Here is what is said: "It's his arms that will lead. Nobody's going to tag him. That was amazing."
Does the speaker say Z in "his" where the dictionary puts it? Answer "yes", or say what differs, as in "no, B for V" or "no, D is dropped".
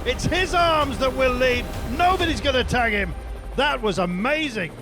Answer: yes